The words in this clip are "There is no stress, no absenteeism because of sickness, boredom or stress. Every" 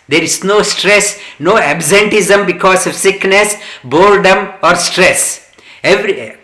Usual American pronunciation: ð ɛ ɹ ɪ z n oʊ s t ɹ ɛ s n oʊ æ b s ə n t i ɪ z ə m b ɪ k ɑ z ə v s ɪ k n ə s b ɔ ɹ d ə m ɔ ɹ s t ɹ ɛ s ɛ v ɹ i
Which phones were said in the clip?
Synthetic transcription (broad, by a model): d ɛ ɹ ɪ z n oʊ s t ɹ ɛ s n oʊ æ b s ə n t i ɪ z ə m b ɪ k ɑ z ə v s ɪ k n ə s b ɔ l d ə m ɔ ɹ s t ɹ ɛ s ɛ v ɹ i